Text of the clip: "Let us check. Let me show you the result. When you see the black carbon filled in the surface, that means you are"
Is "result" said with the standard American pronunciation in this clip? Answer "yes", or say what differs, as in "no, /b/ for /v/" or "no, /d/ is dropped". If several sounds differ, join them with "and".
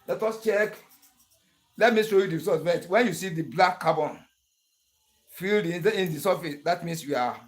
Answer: no, /l/ is dropped